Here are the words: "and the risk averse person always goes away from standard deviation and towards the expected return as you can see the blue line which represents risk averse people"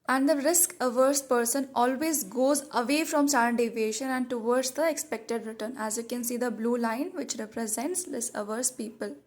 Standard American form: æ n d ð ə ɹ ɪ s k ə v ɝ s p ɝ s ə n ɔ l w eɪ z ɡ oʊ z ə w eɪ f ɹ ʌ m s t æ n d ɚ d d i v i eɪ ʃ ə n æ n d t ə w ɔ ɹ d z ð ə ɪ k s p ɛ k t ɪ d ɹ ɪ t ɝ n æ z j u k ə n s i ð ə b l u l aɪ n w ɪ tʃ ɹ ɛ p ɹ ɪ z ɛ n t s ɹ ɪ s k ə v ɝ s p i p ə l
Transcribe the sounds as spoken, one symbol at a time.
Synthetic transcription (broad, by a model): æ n d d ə ɹ ɪ s k ə v ɝ s p ɝ s ə n ɔ l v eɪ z ɡ oʊ z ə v eɪ f ɹ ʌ m s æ d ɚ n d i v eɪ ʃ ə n æ n d t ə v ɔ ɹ d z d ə ɪ k s p ɛ k t ɪ d ɹ ɪ t ɝ n æ z j u k ə n s i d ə b l u l aɪ n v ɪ tʃ ɹ ɛ p ɹ ɪ z ɛ n t s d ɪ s ə v ɝ s p i p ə l